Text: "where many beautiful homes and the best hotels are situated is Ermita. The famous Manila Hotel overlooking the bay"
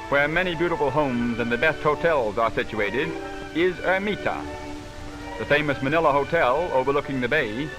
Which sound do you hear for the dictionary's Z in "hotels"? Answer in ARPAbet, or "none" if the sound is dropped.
Z